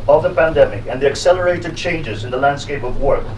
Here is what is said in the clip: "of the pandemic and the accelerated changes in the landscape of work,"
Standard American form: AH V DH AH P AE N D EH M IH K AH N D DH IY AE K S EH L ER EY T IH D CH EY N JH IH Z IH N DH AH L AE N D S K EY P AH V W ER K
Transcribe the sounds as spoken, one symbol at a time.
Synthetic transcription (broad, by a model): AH V DH AH P AE N D EH M IH K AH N DH IY AE K S EH L ER EY T IH D CH EY N JH IH Z IH N DH AH L AE N D S K EY P AH V W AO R